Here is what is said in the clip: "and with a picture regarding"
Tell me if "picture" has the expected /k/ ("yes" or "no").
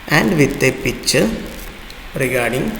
no